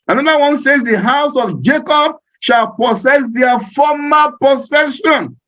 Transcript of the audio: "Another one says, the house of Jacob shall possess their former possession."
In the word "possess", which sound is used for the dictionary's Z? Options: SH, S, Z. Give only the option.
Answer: S